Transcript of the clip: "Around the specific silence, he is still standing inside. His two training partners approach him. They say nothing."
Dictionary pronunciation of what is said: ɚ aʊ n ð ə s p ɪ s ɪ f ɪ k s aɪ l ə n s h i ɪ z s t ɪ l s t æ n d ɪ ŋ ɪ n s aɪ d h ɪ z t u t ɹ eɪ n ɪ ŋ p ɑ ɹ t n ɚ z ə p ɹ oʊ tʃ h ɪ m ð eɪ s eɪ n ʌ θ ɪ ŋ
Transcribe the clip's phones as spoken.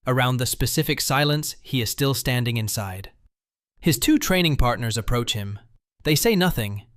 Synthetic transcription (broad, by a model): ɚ aʊ n ð ə s p ɪ s ɪ f ɪ k s aɪ l ə n s h i ɪ z s t ɪ l s t æ n d ɪ ŋ ɪ n s aɪ d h ɪ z t u t ɹ eɪ n ɪ ŋ p ɑ ɹ t n ɚ z ə p ɹ oʊ tʃ h ɪ m ð eɪ s eɪ n ʌ θ ɪ ŋ